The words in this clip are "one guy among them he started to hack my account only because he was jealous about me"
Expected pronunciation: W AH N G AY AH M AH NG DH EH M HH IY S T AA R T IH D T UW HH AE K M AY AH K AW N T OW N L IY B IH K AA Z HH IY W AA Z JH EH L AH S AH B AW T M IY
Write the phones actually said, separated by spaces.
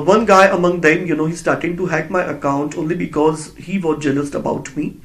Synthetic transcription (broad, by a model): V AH N G AY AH M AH NG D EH M HH IY S T AA R T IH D T UW HH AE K M AY AH K AW N T OW N L IY B IH K AA Z HH IY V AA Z JH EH L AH S AH B AW T M IY